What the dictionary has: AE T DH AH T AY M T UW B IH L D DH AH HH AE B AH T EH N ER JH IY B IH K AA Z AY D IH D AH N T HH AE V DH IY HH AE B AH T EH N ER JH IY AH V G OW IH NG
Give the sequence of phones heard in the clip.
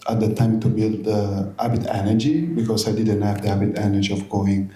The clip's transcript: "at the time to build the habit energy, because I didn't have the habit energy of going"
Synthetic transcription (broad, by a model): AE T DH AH T AY M T UW B IH L D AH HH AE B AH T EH N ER JH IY B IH K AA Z AY D IH D AH N T HH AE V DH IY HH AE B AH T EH N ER JH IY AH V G OW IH NG